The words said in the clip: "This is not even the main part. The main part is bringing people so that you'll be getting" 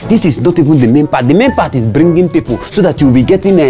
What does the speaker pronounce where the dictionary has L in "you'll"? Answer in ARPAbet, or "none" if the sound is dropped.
W